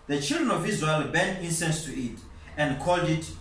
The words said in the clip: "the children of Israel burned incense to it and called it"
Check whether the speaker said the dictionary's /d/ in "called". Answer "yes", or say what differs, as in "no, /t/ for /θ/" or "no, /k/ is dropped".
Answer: yes